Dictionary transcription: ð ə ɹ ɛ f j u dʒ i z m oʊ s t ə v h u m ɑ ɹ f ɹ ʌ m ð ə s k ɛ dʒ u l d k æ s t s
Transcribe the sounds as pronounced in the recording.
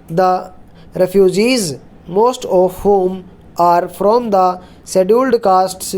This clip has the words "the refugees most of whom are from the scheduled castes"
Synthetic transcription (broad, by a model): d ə ɹ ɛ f j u dʒ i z m oʊ s t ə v h u m ɑ ɹ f ɹ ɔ m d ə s ɛ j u l d k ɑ s t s